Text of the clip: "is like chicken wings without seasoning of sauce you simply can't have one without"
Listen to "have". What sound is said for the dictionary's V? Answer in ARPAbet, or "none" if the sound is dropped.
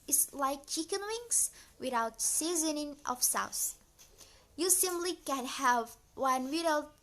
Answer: V